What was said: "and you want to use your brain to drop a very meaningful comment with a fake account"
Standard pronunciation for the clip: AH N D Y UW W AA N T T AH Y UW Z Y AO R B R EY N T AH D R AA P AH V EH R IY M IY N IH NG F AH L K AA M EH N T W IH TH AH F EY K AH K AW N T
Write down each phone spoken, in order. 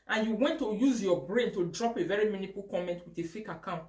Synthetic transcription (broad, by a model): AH N Y UW W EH N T T AH Y UW Z Y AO B R EY N T AH D R AA P AH V EH R IY M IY N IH F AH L K AA M EH N T W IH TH AH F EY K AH K AW N T